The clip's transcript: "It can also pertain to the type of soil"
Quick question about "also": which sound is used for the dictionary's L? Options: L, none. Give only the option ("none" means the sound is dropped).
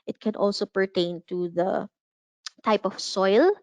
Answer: L